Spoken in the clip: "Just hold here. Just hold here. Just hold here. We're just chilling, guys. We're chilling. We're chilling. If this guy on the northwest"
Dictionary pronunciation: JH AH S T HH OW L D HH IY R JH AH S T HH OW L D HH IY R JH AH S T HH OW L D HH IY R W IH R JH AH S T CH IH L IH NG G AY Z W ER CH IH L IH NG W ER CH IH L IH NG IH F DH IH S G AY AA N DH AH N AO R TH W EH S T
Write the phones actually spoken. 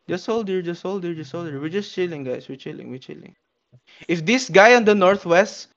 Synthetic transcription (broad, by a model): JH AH S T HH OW L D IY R JH AH S T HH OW L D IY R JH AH S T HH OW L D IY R W IH R JH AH S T CH IH L IH NG G AY S W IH CH IH L IH NG W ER CH IH L IH NG IH F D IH S G AY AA N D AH N AO R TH W EH S T